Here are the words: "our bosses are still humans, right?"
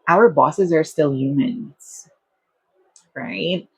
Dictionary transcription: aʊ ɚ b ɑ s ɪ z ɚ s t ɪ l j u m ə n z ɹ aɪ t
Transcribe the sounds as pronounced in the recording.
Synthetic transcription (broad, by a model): aʊ ɚ b ɑ s ɪ z ɚ s t ɪ l j u m ə n z ɹ aɪ t